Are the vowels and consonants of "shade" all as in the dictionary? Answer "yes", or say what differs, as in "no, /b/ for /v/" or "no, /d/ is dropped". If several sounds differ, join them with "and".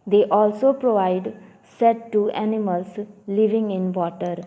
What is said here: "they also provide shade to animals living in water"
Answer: no, /s/ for /ʃ/